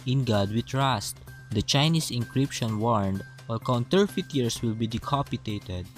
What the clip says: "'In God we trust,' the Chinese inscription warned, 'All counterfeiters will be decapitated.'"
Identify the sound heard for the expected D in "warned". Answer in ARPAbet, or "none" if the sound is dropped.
D